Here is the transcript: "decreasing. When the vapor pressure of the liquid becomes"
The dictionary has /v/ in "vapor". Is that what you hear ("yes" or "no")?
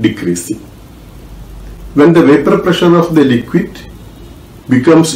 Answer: yes